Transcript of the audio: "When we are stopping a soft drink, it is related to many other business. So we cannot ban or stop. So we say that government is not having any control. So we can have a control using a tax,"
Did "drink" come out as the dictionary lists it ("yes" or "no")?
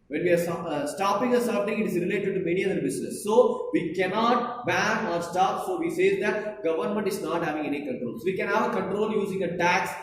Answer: no